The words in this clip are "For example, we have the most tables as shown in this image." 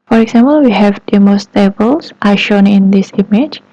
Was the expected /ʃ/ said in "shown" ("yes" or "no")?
yes